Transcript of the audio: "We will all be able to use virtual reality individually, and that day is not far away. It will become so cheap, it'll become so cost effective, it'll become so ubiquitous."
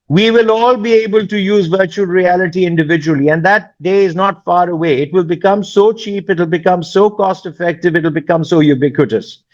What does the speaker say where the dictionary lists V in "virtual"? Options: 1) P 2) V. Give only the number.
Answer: 2